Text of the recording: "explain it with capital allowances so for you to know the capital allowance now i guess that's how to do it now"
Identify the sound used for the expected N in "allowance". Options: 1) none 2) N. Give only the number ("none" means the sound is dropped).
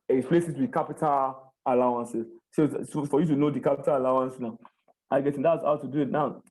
2